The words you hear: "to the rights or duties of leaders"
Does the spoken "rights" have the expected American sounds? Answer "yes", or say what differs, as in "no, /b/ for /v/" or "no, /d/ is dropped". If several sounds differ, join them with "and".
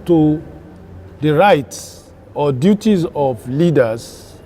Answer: yes